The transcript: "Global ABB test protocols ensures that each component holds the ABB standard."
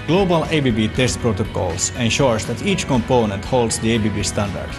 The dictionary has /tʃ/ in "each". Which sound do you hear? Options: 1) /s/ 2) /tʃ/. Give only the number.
2